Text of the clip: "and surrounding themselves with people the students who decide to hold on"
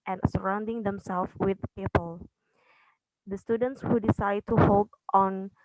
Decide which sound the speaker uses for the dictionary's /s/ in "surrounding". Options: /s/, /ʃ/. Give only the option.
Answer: /s/